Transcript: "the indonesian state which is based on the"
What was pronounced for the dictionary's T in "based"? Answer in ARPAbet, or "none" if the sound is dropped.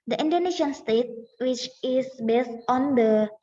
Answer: T